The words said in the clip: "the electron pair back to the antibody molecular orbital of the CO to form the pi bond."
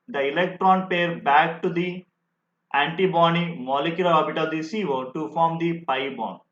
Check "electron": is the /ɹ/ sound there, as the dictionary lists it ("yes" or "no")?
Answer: yes